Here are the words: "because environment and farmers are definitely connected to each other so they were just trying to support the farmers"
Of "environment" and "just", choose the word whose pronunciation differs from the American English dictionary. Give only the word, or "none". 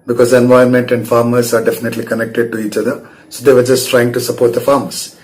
environment